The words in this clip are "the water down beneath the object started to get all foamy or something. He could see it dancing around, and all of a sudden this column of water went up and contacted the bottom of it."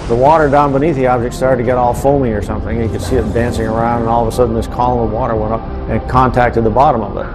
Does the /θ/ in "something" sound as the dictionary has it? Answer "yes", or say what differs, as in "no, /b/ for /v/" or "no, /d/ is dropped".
yes